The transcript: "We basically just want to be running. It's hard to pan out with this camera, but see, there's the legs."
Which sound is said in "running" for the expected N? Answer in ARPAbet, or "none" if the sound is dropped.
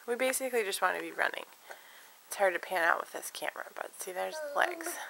N